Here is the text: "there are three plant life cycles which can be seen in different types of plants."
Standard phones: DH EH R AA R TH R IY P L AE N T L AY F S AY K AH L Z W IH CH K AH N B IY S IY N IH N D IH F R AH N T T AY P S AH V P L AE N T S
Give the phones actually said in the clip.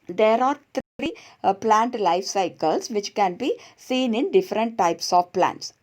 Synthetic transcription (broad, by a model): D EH R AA R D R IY P L AE N T L AY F S AY K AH L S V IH CH K AH N B IY S IY N IH N D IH F R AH N T T AY P S AH V P L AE N T S